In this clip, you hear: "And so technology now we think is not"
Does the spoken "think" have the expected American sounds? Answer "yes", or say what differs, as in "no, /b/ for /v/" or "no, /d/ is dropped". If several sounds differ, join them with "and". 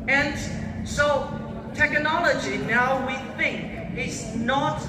yes